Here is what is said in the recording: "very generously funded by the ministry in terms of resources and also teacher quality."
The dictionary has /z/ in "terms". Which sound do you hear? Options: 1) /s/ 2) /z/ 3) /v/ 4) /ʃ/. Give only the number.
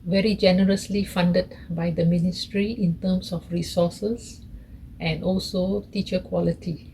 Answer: 1